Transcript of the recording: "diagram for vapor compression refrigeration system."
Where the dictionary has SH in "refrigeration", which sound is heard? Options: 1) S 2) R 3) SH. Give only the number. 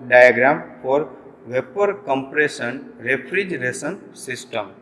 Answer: 1